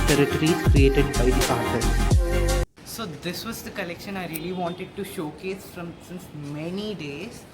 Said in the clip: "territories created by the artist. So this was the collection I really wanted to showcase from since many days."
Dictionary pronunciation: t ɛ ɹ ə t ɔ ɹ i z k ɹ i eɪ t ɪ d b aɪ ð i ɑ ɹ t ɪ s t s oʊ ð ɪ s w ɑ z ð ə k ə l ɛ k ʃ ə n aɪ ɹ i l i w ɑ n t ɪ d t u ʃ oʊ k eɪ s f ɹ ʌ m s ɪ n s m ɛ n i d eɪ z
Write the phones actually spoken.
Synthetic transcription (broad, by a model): t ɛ ɹ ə t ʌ ɹ i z k ɹ i eɪ t ɪ d b aɪ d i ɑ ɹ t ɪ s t s oʊ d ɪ s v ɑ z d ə k ə l ɛ k ʃ ə n aɪ ɹ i l i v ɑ n t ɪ d t u ʃ oʊ k eɪ s f ɹ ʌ m s ɪ n s m ɛ n i d eɪ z